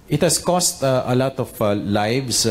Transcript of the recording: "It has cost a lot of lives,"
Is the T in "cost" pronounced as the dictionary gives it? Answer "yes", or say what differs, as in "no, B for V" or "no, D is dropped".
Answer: yes